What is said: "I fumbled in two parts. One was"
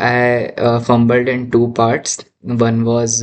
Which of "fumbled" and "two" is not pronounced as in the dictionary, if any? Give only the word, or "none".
none